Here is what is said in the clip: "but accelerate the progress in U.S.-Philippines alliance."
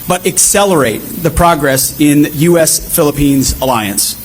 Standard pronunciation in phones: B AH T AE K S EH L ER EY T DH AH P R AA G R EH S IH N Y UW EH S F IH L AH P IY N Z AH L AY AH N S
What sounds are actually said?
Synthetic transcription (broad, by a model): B AH T AE K S EH L ER EY T DH AH P R AA G R EH S IH N Y UW EH S F IH L AH P IY N Z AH L AY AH N S